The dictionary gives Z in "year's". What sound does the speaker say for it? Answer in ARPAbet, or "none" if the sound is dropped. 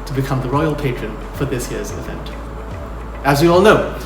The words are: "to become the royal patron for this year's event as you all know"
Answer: Z